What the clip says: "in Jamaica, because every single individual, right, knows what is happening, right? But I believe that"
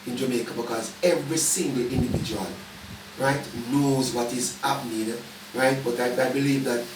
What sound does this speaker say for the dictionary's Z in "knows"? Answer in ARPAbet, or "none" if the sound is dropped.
Z